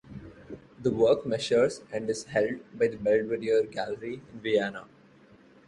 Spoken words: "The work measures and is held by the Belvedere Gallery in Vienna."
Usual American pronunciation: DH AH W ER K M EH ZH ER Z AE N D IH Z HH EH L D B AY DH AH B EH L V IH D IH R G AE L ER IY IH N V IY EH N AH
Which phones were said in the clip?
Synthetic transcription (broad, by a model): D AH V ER K M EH SH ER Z AE N D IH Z HH EH L D B AY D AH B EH L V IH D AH R G AE L ER IY IH N V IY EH N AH